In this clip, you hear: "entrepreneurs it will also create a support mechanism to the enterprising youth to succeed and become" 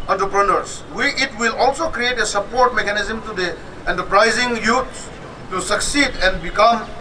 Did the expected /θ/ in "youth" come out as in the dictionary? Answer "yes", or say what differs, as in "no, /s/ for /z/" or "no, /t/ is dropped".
no, /s/ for /θ/